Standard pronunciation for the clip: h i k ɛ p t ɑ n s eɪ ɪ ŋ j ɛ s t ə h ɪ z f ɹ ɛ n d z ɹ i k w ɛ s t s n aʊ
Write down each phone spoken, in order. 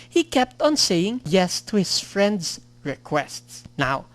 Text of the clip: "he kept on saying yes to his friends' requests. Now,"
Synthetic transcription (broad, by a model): h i k ɛ p t ɑ n s eɪ ɪ ŋ j ɛ s t ə h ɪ s f ɹ ɛ n d s ɹ i k w ɛ s t s n aʊ